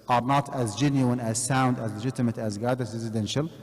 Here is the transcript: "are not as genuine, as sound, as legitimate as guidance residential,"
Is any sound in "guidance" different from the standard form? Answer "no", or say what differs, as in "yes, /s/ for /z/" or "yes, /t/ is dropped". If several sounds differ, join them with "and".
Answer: yes, /n/ is dropped